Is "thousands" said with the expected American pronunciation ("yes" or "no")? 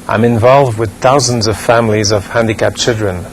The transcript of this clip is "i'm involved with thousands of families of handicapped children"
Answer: yes